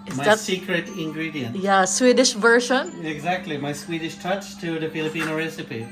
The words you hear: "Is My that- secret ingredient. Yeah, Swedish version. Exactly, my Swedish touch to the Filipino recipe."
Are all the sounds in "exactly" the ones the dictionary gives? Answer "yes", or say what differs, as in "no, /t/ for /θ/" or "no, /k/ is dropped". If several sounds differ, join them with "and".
yes